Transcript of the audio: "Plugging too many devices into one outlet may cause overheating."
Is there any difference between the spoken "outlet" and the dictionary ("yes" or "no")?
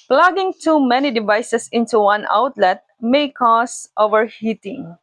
no